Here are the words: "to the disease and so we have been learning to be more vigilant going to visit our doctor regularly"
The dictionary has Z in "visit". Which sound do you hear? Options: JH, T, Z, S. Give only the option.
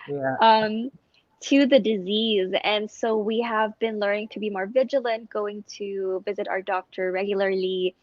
Z